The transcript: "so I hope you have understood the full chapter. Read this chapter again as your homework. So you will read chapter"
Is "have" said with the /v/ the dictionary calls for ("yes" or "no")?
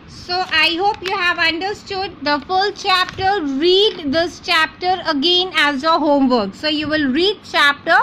yes